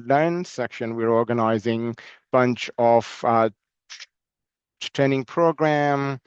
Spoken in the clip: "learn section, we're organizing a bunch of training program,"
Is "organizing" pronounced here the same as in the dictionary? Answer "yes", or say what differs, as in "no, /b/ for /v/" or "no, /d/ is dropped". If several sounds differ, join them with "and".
yes